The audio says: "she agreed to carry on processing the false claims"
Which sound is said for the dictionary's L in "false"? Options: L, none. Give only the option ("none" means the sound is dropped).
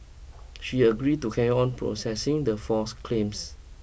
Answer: none